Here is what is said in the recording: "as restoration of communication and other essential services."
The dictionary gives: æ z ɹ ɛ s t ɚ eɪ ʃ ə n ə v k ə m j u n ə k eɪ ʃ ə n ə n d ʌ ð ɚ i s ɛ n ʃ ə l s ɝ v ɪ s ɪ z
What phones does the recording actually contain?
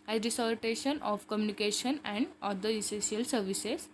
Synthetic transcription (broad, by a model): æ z ɹ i s t eɪ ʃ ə n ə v k ə m j u n ə k eɪ ʃ ə n ə n d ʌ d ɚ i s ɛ ʃ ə l s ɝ v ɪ s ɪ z